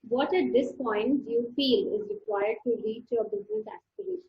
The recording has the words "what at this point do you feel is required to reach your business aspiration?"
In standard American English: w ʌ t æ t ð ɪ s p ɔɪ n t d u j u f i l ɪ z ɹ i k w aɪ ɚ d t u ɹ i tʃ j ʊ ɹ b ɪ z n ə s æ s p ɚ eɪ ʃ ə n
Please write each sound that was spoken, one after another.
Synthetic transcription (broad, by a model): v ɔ t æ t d ɪ s p ɔɪ n t d u j u f i l ɪ z ɹ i k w aɪ ɚ d t u l i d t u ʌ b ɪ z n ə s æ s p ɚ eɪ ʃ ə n